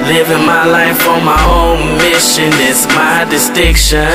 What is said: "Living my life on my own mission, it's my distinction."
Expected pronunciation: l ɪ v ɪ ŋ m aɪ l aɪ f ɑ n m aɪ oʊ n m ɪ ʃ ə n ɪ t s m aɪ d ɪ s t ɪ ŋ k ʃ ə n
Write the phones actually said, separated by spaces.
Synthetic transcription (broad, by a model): l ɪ v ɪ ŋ m aɪ l aɪ f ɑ m aɪ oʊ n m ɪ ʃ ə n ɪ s m aɪ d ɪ s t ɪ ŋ k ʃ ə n